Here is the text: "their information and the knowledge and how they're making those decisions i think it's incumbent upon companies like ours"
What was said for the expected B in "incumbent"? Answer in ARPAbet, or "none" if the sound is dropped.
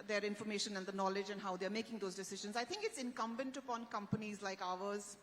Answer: B